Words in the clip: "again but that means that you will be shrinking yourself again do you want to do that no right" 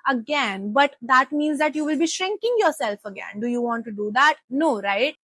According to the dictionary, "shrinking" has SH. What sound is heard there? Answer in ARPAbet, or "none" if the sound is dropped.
SH